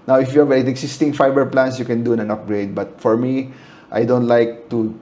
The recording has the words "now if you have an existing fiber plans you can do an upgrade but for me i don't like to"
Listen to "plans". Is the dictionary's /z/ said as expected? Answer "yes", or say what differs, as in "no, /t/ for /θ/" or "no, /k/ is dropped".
no, /s/ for /z/